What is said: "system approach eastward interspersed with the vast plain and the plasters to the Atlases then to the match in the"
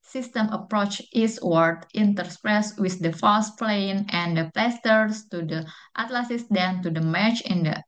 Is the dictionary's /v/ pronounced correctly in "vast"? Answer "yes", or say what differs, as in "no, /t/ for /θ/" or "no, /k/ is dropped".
no, /f/ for /v/